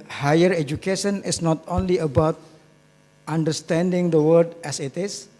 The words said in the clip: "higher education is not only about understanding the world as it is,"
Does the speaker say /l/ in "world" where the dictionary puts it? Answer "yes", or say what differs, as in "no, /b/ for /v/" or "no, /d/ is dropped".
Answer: no, /l/ is dropped